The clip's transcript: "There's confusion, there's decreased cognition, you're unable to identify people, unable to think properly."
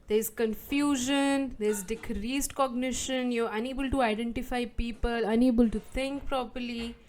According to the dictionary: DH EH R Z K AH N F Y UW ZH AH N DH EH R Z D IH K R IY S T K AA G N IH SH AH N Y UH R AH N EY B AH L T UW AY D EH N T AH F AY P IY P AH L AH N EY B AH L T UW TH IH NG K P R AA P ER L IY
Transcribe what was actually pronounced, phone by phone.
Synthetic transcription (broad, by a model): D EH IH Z K AH N F Y UW ZH AH N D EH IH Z D IH K R IY S T K AA G N IH SH AH N Y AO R AH N EY B AH L T UW AY D EH N T AH F AY P IY P AH L AH N EY B AH L T UW T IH NG K P R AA P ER L IY